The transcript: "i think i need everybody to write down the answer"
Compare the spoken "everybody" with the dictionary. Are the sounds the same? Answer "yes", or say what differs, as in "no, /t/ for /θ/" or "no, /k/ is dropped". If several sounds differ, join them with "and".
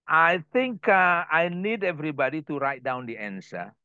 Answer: yes